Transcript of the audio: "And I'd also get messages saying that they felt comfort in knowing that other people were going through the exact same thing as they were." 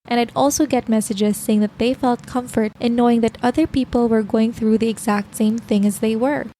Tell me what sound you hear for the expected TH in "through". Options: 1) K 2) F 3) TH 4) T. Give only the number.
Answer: 3